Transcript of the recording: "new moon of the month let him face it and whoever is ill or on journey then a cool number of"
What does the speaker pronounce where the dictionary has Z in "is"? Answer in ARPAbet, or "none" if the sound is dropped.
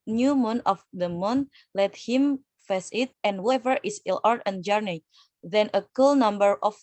S